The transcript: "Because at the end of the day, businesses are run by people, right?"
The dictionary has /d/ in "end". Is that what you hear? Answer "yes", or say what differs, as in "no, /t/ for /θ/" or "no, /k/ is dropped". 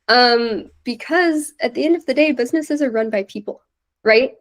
yes